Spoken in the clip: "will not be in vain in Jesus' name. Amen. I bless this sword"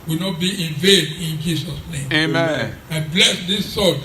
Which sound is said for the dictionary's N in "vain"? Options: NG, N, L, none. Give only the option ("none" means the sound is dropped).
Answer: N